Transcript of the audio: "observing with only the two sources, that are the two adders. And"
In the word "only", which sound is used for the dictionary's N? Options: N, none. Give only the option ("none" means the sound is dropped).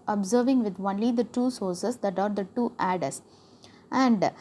N